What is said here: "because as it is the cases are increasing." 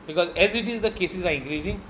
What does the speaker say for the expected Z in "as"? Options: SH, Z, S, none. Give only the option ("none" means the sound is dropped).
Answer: Z